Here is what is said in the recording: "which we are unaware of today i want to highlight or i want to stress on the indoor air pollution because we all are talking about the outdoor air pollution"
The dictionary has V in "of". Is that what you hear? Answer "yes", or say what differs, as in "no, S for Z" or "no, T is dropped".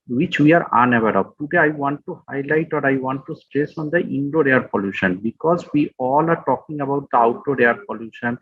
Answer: no, P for V